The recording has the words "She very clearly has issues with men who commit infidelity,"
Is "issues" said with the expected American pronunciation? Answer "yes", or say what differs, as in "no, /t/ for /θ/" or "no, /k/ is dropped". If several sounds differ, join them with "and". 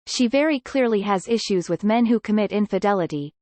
yes